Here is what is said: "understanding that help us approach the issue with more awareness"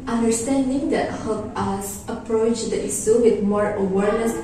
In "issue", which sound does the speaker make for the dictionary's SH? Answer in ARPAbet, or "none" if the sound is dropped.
S